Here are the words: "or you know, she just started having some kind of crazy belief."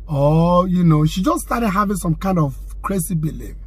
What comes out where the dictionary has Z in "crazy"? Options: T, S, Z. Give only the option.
S